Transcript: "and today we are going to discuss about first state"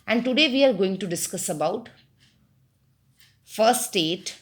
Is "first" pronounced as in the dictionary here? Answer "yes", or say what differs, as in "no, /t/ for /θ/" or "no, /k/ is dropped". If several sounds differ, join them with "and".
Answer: no, /s/ is dropped